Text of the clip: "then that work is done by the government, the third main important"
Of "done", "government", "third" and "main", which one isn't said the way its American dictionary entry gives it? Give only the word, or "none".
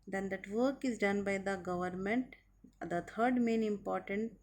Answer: third